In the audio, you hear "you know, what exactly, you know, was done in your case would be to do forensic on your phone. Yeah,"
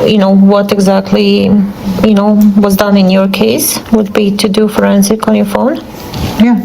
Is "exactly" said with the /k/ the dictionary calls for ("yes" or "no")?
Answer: yes